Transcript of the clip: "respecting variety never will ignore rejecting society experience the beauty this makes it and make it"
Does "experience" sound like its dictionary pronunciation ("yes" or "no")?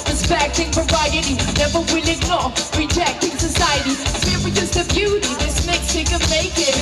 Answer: no